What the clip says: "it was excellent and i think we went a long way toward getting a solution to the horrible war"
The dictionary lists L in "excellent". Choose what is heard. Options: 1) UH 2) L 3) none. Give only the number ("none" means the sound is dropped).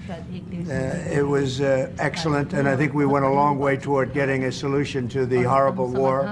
2